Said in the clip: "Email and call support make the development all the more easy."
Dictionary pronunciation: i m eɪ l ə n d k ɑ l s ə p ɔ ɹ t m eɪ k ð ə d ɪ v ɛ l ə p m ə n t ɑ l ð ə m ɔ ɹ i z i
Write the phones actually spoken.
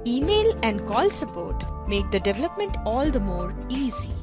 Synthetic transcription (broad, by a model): i m eɪ l ə n d k ɑ l s ə p ɔ ɹ t m eɪ k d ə d ɪ v ɛ l ə p m ə n t ɑ l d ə m ɔ ɹ i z i